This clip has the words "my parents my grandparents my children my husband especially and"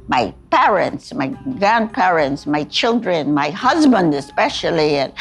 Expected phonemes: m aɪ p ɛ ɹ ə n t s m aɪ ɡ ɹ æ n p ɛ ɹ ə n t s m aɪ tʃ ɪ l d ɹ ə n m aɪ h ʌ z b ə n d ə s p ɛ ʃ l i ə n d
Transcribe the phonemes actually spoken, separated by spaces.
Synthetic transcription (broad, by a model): m aɪ p ɛ ɹ ə n t s m aɪ ɡ ɹ æ n p ɛ ɹ ə n t s m aɪ tʃ ɪ l d ɹ ə n m aɪ h ʌ z b ə n d ə s p ɛ ʃ l i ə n